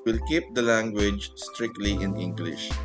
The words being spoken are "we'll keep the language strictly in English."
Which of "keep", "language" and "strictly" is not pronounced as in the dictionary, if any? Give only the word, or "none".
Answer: none